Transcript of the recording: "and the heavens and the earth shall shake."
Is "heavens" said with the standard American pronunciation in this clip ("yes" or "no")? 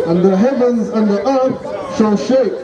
yes